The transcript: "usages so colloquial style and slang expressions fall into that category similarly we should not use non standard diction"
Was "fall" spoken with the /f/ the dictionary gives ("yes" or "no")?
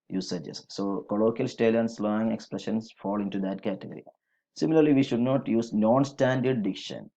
yes